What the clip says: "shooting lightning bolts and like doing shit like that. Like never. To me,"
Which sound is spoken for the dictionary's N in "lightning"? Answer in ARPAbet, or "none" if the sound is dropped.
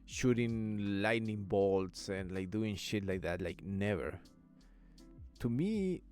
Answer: N